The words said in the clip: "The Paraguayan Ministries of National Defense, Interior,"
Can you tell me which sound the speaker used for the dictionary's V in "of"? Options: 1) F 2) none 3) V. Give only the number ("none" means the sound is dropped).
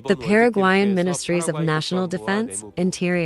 3